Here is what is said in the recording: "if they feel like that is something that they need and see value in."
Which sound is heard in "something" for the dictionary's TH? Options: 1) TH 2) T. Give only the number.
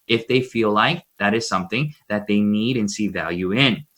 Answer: 1